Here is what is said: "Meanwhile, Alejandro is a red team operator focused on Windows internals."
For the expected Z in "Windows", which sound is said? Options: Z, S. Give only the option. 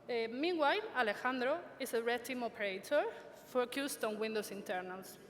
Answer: S